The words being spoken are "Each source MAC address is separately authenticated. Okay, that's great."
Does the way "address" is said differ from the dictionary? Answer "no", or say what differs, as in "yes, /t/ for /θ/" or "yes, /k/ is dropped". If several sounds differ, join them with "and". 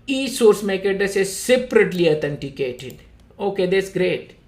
yes, /ɹ/ is dropped